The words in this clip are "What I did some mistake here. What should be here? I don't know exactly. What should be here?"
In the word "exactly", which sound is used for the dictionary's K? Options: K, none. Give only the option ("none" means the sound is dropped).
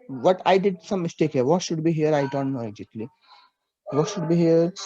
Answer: none